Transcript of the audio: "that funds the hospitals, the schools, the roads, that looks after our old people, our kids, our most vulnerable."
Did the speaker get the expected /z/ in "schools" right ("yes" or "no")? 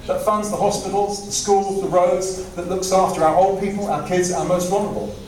yes